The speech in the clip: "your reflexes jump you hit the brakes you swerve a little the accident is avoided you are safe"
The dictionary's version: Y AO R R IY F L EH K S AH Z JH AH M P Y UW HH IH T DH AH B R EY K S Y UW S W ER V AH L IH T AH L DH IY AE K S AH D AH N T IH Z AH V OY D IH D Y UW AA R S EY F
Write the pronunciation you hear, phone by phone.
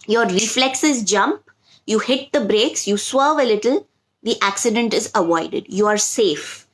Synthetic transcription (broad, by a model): Y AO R R IY F L EH K S AH Z JH AH M P Y UW HH IH T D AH B R EY K S Y UW S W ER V AH L IH T AH L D IY AE K S AH D AH N T IH Z AH V OY D IH D Y UW AA R S EY F